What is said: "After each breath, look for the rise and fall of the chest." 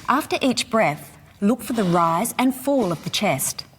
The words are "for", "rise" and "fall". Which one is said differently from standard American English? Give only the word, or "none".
none